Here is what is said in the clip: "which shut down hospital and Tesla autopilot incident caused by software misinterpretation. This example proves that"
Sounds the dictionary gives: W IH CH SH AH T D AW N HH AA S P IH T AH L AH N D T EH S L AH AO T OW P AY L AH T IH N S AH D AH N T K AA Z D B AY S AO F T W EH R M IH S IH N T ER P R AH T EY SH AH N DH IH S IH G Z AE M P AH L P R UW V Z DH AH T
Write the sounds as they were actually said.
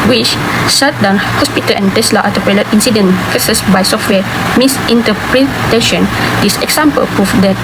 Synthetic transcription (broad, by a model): W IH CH S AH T D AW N HH AA S P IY T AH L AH N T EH S L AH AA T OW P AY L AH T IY N S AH D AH N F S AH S B AY S AO F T W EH M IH S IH N T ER P R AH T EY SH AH N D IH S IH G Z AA M P AH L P R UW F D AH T